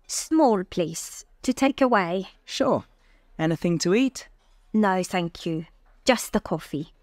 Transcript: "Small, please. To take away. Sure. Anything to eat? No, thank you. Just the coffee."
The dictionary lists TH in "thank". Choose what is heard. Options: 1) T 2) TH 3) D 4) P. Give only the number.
2